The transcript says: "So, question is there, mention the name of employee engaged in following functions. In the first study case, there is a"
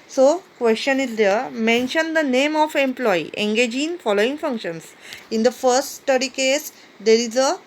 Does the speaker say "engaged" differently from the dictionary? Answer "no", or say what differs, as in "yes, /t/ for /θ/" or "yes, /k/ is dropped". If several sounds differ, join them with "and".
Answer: yes, /d/ is dropped